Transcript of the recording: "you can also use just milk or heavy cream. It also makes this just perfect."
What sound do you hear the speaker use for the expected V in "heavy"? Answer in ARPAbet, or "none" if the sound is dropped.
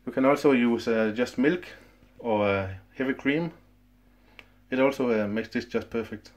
V